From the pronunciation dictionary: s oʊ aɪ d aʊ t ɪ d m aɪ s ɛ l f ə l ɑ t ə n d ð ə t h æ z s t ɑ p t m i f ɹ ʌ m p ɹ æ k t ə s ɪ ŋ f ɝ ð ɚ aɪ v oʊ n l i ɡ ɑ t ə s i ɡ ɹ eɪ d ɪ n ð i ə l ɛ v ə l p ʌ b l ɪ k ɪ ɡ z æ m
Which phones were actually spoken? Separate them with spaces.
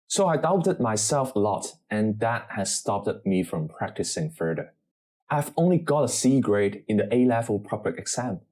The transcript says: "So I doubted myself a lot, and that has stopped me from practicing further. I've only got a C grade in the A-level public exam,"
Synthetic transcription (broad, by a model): s oʊ aɪ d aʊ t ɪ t m aɪ s ɛ l f ə l ɑ t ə n ð ə t h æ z s t ɑ p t m i f ɹ ʌ m p ɹ æ k t ə s ɪ ŋ f ɝ ð ɚ aɪ v oʊ n l i ɡ ɑ t ə s i ɡ ɹ eɪ d ɪ n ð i ə l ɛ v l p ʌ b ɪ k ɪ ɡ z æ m